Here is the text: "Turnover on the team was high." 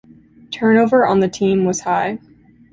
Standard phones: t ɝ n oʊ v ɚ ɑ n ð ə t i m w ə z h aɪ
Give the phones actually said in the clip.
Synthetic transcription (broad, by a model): t ɝ n oʊ v ɚ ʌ n ð ə t i m w ə z h aɪ